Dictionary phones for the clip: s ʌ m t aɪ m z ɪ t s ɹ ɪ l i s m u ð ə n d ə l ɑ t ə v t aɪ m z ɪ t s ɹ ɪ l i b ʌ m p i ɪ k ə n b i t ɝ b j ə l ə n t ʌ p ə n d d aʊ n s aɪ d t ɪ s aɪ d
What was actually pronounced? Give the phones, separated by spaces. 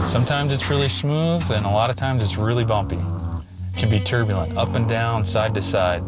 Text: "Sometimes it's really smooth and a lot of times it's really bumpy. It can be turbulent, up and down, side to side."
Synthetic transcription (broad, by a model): s ʌ m t aɪ m z ɪ t s ɹ ɪ l i s m u ð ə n ə l ɑ t ə v t aɪ m z ɪ t s ɹ ɪ l i b ʌ m p i k ə n b i t ɝ b j l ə n t ʌ p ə n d d aʊ n s aɪ d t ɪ s aɪ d